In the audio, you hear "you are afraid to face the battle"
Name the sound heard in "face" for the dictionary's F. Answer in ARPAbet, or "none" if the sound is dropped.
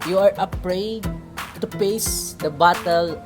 P